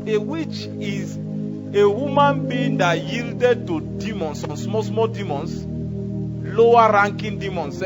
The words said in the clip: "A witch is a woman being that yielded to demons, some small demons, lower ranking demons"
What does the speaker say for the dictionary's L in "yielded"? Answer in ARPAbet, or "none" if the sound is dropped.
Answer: L